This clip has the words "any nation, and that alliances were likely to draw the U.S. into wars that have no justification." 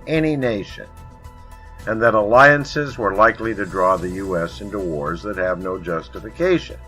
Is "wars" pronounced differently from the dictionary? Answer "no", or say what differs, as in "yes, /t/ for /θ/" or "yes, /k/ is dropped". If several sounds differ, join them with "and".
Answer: no